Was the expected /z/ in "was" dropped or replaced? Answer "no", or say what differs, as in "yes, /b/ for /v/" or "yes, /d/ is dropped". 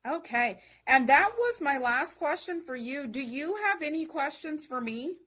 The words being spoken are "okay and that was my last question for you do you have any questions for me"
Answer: no